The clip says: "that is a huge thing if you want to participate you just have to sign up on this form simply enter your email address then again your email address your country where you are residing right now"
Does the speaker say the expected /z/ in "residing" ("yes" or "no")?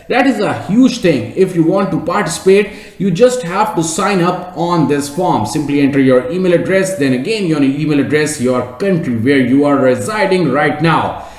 yes